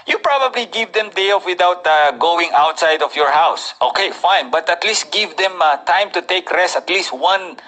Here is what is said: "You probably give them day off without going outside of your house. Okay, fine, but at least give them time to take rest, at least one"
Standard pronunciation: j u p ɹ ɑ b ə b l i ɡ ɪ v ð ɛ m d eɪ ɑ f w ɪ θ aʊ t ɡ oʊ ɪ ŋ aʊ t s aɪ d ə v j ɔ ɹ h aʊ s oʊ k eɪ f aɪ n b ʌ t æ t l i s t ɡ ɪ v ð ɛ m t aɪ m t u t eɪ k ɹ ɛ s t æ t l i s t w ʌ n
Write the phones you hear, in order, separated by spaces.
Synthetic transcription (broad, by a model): j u p ɹ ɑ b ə b l i ɡ ɪ v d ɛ m d eɪ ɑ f w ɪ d aʊ t ɡ oʊ ɪ ŋ aʊ t s aɪ d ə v j ɔ ɹ h aʊ s oʊ k eɪ f aɪ n b ʌ t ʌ t l i s t ɡ ɪ v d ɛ m t aɪ m t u t eɪ k ɹ ɛ s t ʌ t l i s t w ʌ n